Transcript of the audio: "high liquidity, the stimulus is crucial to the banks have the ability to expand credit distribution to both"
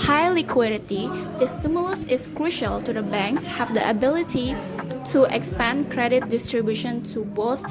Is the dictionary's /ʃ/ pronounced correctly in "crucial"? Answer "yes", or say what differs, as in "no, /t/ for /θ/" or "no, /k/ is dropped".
yes